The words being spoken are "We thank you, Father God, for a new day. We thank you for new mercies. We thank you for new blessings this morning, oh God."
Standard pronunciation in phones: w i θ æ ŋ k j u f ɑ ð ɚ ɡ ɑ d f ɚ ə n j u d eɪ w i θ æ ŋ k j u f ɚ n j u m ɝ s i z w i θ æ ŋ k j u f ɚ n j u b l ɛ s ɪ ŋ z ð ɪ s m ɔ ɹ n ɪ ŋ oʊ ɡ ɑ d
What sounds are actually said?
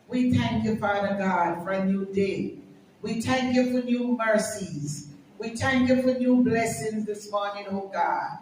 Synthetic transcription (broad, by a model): w i θ æ ŋ k j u f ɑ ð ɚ ɡ ɑ d f ɚ ə n j u d eɪ w i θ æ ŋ k j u f ɚ n j u m ɝ s i z w i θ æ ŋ k j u f ɚ n j u b l ɛ s ɪ ŋ z ð ɪ s m ɔ ɹ n ɪ ŋ oʊ ɡ ɑ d